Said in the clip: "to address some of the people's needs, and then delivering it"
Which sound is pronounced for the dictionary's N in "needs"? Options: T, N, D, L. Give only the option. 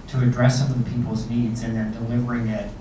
N